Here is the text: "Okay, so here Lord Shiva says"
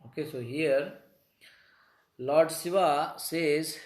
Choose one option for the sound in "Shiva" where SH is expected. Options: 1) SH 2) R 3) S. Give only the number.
3